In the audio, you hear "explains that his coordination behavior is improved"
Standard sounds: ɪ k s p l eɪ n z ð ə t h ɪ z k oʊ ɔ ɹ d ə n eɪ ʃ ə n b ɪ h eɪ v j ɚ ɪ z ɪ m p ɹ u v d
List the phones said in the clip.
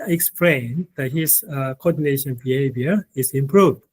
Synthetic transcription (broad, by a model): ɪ k s p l eɪ n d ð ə t h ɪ s k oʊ ɔ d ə n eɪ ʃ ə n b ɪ h eɪ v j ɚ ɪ s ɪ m p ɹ u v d